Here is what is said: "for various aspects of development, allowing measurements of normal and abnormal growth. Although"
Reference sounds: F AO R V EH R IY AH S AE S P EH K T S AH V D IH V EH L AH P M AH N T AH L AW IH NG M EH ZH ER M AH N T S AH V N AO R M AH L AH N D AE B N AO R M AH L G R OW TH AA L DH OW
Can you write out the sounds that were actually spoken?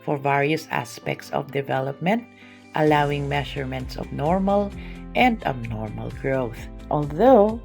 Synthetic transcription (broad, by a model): F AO R V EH R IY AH S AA S P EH K T S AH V D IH V EH L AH P M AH N T AH L AW IH NG M EH SH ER M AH N T S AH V N AO R M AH L AH N D AE B N AO R M AH L G R OW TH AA L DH OW